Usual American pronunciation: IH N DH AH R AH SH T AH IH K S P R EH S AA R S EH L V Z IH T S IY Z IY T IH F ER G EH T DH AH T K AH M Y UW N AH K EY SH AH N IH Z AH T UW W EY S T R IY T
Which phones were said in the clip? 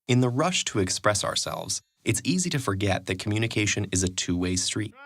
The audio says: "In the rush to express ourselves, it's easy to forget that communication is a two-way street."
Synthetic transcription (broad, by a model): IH N DH AH R AH SH T AH IH K S P R EH S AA R S EH L V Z IH T S IY Z IY T IH F ER G EH T DH AH T K M Y UW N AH K EY SH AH N IH Z AH T UW W EY S T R IY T